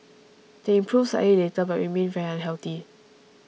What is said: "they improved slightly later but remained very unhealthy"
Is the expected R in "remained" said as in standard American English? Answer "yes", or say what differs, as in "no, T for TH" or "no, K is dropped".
no, W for R